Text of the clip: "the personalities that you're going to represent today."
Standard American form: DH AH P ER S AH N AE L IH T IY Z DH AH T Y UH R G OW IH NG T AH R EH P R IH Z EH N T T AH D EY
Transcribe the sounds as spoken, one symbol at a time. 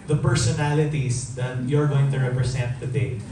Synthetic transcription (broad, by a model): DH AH P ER S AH N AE L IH T IY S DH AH T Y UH R G OW IH NG T AH R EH P R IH S EH N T T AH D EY